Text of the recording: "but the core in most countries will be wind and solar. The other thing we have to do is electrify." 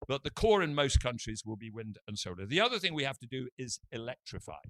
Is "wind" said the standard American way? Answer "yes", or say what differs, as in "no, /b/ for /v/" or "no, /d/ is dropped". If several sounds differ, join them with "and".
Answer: yes